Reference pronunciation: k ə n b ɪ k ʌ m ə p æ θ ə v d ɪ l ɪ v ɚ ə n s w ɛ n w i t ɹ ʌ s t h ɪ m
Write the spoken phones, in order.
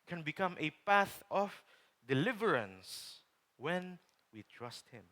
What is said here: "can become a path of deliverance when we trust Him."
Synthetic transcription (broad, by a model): k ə n b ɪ k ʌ m ə p æ θ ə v d ɪ l ɪ v ɚ ə n s w ɛ n w i t ɹ ʌ s t h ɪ m